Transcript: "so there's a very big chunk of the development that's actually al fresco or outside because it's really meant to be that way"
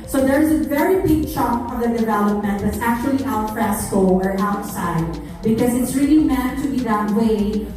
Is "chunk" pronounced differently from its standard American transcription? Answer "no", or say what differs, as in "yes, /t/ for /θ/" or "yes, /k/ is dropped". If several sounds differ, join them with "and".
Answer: yes, /ŋ/ is dropped